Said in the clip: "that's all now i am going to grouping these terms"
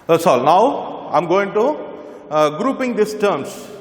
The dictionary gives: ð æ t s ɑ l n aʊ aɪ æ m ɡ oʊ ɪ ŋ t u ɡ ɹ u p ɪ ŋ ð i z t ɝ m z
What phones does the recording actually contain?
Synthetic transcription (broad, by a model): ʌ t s ɑ l n aʊ aɪ m ɡ oʊ ɪ ŋ t u ɡ ɹ u p ɪ ŋ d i s t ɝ m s